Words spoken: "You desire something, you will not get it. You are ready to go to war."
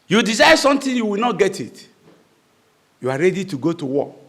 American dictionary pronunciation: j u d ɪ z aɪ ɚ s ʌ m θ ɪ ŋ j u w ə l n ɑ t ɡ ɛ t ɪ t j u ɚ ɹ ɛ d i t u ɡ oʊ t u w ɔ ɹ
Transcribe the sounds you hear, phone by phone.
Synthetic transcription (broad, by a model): j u d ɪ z aɪ s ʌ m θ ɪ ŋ j u w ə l n ɑ t ɡ ɛ t ɪ t j u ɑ ɹ ɛ d i t u ɡ oʊ t u w ɔ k